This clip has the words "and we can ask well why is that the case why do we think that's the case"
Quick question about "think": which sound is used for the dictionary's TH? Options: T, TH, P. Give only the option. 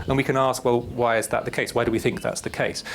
TH